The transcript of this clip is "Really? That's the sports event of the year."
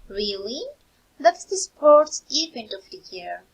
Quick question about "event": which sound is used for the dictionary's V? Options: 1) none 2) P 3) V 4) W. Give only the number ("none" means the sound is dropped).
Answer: 2